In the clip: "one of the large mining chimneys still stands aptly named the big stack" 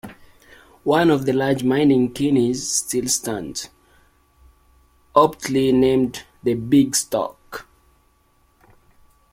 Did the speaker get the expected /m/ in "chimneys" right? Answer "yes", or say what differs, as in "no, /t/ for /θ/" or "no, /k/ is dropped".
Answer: no, /m/ is dropped